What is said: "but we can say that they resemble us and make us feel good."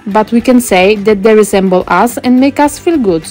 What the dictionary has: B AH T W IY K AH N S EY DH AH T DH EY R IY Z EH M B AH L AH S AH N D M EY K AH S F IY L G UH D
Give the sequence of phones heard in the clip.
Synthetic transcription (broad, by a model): B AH T W IY K AH N S EY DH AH T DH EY R IY Z EH M B AH L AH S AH N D M EY K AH S F IY L G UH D